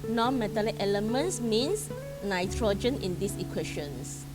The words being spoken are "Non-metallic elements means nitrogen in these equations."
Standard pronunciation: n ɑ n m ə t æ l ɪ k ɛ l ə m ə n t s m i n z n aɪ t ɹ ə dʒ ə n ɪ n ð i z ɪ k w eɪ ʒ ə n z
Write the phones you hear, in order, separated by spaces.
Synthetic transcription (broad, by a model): n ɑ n m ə t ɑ l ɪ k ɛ l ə m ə n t s m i n s n aɪ t ɹ ə dʒ ə n ɪ n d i s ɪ k w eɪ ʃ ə n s